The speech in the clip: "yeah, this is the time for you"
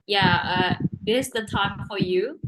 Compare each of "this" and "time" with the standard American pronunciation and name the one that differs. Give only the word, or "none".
this